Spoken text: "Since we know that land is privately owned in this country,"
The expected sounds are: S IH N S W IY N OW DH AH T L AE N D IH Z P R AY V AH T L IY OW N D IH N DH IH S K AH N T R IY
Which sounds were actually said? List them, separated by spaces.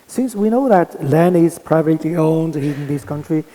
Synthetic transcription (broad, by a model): S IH N S W IY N OW DH AH T L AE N IH Z P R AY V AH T L IY OW N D IH N DH IH S K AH N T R IY